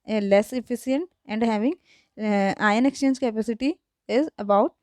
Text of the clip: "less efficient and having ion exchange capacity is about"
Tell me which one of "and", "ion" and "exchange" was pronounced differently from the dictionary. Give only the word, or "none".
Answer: none